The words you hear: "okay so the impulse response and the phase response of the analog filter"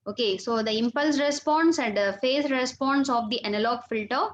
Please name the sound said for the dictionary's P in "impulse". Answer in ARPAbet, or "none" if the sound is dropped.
P